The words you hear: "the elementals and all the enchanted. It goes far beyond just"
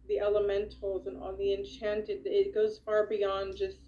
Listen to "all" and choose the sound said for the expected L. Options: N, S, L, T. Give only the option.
N